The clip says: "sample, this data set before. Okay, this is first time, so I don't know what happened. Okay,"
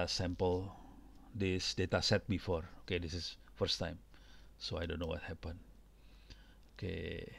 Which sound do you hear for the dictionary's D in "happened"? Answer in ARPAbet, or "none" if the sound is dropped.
none